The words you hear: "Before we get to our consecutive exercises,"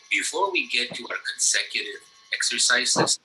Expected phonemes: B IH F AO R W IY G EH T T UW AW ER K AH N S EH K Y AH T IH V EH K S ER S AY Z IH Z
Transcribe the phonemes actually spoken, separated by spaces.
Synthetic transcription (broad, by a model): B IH F AO R W IY G EH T T UW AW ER K AH N S EH K Y AH T IH V EH K S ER S AY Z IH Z